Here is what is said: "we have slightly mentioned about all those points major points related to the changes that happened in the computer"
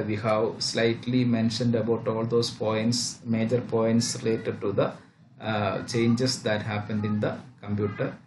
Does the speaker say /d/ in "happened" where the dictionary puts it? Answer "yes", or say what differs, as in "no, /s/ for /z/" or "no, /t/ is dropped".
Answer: yes